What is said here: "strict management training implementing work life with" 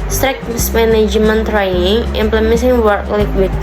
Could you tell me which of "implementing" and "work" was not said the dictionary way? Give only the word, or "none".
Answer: implementing